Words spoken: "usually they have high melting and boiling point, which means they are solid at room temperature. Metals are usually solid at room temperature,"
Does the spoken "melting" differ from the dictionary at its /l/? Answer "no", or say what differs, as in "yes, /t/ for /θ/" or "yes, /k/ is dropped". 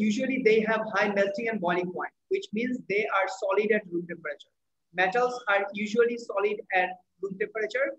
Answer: no